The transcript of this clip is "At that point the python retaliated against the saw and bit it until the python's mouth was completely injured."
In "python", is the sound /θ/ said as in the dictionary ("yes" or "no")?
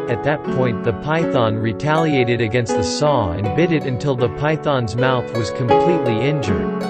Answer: yes